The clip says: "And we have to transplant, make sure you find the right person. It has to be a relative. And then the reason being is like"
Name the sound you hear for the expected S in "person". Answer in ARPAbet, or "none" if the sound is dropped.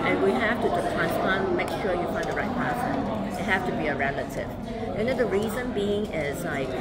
none